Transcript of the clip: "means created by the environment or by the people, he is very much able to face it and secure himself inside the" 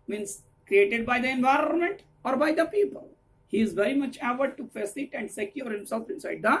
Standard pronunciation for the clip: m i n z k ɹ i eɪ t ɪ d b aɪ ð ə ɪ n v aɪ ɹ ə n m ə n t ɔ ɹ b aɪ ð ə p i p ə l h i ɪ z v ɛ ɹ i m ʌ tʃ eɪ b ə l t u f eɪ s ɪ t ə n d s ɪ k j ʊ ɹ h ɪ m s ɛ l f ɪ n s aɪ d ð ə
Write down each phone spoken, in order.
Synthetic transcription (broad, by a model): m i n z k ɹ i eɪ t ɪ d b aɪ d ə ɪ n v aɪ ɹ ə n m ə n t ɔ ɹ b aɪ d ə p i p ə l h i ɪ z v ɛ ɹ i m ʌ tʃ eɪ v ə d t u f eɪ s ɪ t ə n d s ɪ k j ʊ ɹ h ɪ m s ɛ l f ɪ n s aɪ d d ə